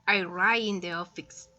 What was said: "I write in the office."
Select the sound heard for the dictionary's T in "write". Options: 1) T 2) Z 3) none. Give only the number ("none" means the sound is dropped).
3